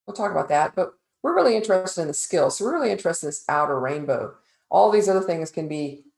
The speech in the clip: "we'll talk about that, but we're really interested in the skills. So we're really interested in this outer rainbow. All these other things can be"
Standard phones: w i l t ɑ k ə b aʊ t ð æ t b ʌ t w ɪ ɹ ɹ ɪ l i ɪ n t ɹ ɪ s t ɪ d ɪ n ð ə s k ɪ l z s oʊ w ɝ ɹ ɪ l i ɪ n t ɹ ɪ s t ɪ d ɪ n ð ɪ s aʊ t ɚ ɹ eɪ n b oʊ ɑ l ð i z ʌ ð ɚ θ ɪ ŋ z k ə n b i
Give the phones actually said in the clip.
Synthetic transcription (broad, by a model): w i l t ɑ k ə b aʊ t ð æ t b ʌ t w ɪ ɹ ɹ ɪ l i ɪ n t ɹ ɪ s t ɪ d ɪ n ð ə s k ɪ l s oʊ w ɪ ɹ ɪ l i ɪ n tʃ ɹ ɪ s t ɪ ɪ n ð ɪ s aʊ t ɚ ɹ eɪ n b oʊ ɑ l ð i z ʌ ð ɚ θ ɪ ŋ z k ə n b i